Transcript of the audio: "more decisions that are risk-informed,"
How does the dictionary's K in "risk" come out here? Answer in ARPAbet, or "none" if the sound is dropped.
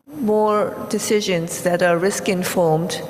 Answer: K